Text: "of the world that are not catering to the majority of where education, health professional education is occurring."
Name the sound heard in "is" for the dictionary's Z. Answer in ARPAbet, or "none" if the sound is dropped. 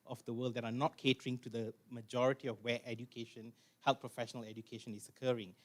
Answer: S